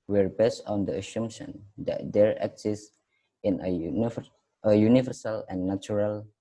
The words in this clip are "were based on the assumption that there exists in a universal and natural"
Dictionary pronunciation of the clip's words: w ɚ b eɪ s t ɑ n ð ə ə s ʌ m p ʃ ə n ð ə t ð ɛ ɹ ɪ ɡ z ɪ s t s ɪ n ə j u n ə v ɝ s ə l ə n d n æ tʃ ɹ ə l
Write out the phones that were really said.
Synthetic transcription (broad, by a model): w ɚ b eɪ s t ɑ n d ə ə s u m ʃ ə n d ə t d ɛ ɹ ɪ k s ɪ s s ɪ n ə j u n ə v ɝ s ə l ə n n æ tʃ ɹ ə l